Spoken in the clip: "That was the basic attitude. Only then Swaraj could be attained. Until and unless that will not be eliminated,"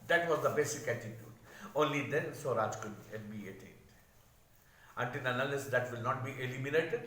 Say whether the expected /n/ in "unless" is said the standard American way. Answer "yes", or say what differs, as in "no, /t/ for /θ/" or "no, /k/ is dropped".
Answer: no, /n/ is dropped